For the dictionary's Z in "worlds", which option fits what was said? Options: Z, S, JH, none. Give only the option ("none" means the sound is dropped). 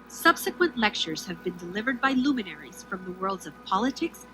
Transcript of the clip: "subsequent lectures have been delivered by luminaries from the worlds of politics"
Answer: Z